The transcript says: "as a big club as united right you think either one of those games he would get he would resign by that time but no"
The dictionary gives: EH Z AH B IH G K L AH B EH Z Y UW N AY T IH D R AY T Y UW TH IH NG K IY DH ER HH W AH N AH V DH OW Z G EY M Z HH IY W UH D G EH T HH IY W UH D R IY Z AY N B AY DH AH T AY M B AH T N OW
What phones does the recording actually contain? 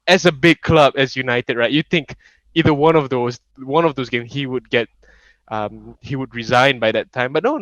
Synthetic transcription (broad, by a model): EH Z AH B IH G K L AH B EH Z Y UW N AY T IH D R AY T Y UW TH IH NG K IY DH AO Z W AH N AH V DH OW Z G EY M HH IY W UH D G EH T HH IY W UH D R IY Z AY N B AY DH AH T AY M B AH T N OW